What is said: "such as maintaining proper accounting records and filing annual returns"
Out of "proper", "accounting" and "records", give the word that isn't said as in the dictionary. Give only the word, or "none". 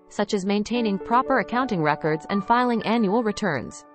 none